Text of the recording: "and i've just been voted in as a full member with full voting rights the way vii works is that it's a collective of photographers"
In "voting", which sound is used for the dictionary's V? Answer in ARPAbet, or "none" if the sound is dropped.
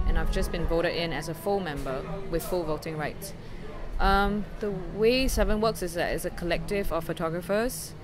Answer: V